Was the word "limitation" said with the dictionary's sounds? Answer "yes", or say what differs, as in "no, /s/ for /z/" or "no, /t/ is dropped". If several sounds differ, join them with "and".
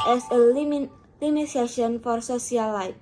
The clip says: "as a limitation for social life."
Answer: no, /s/ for /t/